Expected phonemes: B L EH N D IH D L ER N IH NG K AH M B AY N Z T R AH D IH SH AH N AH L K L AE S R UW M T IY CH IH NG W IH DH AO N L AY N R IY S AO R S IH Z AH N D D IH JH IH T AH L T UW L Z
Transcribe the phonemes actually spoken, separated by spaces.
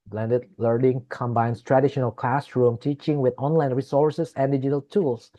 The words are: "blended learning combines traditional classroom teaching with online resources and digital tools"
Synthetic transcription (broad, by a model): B L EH N D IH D L ER N IH NG K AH M B AY N S T R AH D IH SH AH N AH L K L AE S R UW M T IY CH IH NG W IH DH AO N L AY N R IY S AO R S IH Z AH N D D IH JH IH T AH L T UW L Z